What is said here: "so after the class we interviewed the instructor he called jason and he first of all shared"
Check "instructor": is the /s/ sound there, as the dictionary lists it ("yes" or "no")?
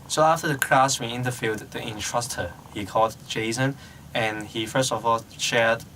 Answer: no